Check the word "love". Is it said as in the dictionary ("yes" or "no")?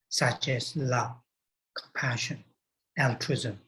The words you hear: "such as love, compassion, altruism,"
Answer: yes